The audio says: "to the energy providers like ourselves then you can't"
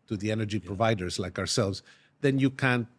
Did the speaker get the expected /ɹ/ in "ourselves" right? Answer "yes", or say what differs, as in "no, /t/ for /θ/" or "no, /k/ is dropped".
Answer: yes